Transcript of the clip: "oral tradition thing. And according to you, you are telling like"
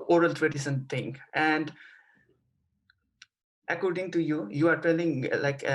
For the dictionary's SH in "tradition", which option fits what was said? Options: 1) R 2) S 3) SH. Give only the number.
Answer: 2